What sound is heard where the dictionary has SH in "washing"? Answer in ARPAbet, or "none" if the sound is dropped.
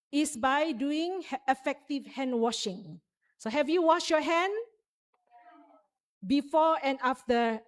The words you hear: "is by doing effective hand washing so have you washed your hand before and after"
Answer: SH